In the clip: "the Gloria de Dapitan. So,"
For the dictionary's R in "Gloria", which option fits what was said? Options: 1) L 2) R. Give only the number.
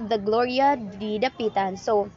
2